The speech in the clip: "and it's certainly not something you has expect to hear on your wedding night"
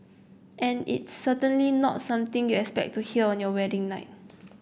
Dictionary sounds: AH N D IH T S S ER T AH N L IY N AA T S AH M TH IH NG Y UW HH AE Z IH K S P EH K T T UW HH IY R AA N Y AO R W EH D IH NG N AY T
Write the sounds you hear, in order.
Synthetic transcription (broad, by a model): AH N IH T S S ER T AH N L IY N AA T S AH M T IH NG Y UW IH K S P EH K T T UW HH IY L AA N Y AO W EH D IH NG N AY T